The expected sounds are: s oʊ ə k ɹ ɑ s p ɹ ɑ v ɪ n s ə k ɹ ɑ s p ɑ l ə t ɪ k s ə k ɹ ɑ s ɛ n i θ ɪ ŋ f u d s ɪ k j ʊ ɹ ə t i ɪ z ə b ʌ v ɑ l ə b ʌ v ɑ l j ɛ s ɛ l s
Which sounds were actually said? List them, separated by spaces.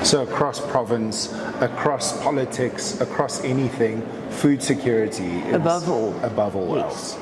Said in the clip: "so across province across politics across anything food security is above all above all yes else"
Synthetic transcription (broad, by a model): s oʊ ə k ɹ ɑ s p ɹ ɑ v ɪ n s ə k ɹ ɑ s p ɑ l ə t ɪ k s ə k ɹ ɑ s ɛ n i θ ɪ ŋ f u d s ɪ k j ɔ ɹ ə t i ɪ ə b ʌ v ɑ l ə b ʌ v ɑ l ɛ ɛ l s